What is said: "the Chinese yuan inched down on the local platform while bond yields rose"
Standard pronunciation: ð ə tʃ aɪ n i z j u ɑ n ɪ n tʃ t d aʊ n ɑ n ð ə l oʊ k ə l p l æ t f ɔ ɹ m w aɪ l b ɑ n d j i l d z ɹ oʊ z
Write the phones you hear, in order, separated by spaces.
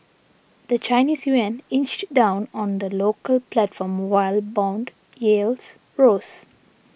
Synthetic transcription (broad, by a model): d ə tʃ aɪ n i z j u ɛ n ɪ n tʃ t d aʊ n ɑ n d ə l oʊ k ə l p l æ t f ɔ ɹ m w aɪ l b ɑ n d j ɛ l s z ɹ oʊ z